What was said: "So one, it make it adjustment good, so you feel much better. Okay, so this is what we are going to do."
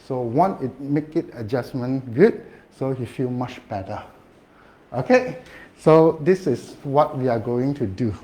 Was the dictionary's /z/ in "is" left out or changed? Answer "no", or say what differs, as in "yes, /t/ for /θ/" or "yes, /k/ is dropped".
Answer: yes, /s/ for /z/